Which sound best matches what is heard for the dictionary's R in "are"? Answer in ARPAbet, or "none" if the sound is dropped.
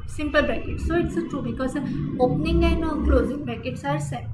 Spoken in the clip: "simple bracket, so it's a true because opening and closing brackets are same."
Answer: R